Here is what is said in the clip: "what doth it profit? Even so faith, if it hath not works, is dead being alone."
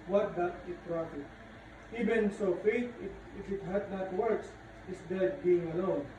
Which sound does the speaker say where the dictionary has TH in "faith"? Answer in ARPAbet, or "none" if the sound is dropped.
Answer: T